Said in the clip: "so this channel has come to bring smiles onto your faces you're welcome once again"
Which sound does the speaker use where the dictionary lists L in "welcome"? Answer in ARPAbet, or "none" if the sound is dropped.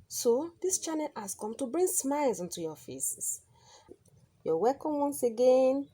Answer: none